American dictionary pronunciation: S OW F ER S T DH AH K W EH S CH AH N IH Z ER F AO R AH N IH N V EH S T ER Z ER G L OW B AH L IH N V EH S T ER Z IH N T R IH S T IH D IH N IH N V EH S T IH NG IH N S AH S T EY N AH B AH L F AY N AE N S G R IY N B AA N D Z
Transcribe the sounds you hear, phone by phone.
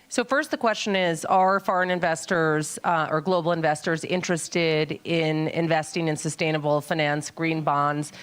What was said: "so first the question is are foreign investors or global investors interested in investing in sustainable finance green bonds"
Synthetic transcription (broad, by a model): S OW F ER S T DH AH K W EH S CH AH N IH Z ER F AO R AH N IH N V EH S T ER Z ER G L OW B L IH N V EH S T ER Z IH N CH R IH S T IH D IH N IH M V EH S T IH NG IH N S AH S T EY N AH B L F AY N AE N S G R IY N B AA N D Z